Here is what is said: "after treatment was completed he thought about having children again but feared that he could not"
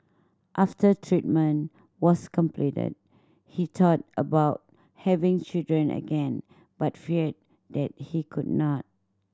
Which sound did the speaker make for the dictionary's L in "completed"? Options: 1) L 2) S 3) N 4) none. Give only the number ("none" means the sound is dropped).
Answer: 1